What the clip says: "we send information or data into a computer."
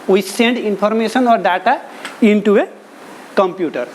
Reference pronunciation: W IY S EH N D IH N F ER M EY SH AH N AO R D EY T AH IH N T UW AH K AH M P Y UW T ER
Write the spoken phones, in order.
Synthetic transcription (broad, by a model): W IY S EH N D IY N P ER M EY S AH N AO R D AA T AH IH N T UW AH K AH M P Y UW T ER